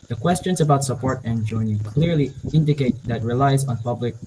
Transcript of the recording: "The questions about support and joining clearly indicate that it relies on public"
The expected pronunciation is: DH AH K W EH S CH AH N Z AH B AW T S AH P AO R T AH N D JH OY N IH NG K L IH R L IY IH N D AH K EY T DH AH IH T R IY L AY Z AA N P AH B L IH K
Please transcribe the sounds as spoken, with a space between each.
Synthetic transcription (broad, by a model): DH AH K W EH S CH AH N Z AH B AW T S AH P AO R T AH N JH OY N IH K L IH R L IY IH N D AH K EY T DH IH T R IY L AY Z N P AH B L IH K